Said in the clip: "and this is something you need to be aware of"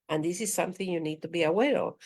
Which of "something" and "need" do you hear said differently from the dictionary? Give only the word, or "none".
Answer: none